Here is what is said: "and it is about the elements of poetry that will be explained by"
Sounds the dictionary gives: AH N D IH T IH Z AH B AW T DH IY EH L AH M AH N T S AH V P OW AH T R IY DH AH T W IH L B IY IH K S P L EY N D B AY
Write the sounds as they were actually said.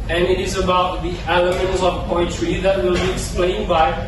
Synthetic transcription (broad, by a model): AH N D IH T IH Z AH B AW T DH IY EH L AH M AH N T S AH V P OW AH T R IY DH AH T W IH L B IY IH K S P L EY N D B AY